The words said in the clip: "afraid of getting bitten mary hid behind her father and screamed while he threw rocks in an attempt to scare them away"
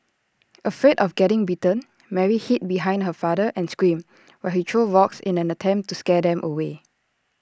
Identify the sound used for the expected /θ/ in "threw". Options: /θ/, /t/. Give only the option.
/t/